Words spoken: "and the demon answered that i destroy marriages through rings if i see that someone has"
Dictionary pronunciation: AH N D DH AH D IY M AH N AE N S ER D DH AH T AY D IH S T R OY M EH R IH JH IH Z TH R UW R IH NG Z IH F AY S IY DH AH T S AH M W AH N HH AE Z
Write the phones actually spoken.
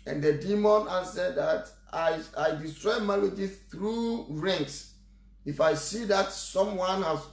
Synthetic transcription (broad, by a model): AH N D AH D IY M AH N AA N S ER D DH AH T AY D IH S T R OY M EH L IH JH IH TH R UW R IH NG S IH F AY S IY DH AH T S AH M W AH N HH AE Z